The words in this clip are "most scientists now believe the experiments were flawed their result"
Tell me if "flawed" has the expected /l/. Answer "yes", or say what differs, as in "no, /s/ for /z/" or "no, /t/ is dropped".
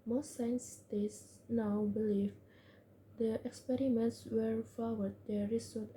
no, /w/ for /l/